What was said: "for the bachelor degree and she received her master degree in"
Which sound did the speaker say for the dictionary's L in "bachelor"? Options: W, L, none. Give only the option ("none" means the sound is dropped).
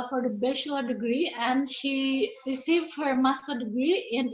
none